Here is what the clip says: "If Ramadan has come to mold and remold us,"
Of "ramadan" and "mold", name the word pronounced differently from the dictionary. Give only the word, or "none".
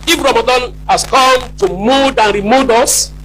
mold